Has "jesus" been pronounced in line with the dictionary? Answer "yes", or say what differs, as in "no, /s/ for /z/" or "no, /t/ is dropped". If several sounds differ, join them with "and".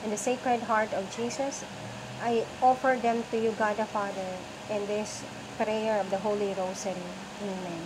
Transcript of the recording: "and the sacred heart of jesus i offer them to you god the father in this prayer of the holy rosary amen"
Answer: no, /s/ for /z/